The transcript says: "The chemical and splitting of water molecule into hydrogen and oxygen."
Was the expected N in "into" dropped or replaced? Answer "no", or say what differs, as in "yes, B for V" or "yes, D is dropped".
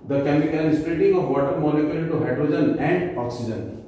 yes, N is dropped